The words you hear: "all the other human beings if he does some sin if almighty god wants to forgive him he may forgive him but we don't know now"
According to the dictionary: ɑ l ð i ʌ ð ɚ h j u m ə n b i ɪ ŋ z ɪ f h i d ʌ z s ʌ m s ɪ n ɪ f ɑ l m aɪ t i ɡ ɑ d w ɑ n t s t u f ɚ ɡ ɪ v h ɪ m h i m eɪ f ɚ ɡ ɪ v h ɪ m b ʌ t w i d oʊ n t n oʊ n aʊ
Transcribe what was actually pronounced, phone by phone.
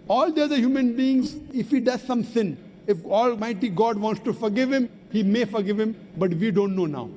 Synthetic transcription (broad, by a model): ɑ l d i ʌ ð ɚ h j u m ə n b i ɪ ŋ z ɪ f h i d ʌ z s ʌ m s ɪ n ɪ f ɑ l m aɪ t i ɡ ɑ d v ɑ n t s t u f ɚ ɡ ɪ v h ɪ m h i m eɪ f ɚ ɡ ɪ v h ɪ m b ʌ t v i d oʊ n t n oʊ n aʊ